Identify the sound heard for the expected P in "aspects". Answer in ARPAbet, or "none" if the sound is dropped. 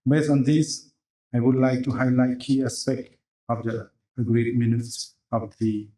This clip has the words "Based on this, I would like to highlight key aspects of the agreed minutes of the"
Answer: none